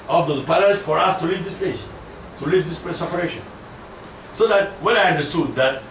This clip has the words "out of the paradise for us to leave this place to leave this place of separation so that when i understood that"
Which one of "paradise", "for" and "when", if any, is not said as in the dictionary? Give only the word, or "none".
paradise